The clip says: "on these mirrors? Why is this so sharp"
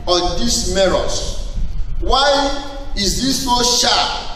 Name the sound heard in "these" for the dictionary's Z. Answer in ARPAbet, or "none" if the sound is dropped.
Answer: S